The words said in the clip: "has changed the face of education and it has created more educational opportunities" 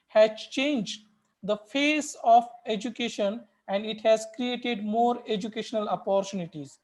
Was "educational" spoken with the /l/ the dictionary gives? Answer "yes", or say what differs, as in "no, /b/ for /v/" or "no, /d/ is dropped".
yes